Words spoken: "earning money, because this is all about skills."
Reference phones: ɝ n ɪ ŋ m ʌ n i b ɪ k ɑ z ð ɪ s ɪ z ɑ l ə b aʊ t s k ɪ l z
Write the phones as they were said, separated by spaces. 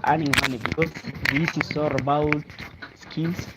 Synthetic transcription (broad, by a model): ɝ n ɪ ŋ m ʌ n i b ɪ k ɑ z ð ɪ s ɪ s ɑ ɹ ə b aʊ t s k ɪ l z